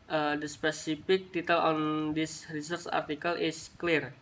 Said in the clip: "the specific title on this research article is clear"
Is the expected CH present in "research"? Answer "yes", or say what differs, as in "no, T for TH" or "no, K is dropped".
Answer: no, S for CH